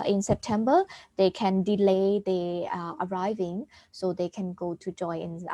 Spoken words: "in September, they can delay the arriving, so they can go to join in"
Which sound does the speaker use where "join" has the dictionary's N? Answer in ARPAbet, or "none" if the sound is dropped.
none